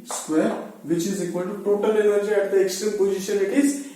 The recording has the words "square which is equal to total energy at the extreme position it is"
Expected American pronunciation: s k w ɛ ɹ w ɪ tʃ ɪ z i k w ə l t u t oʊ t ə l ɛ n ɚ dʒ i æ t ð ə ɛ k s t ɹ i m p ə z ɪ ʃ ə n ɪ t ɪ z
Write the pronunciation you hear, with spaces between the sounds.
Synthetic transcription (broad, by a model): s k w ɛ ɹ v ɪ tʃ ɪ z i k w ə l t u t oʊ t ə l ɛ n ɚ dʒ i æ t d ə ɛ k s t ɹ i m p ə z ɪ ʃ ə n ɪ t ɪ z